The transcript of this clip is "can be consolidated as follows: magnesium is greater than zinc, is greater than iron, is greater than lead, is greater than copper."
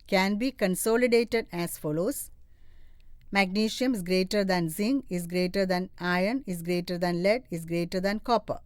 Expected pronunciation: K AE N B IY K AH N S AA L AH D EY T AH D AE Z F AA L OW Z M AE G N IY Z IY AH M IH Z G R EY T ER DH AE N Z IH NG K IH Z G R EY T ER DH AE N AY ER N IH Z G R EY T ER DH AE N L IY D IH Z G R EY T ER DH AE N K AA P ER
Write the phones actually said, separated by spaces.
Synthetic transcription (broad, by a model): K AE N B IY K AH N S AA L AH D EY T AH D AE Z F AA L OW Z M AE G N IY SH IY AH M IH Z G R EY T ER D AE N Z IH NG IH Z G R EY T ER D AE N AY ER N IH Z G R EY T ER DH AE N L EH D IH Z G R EY T ER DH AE N K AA P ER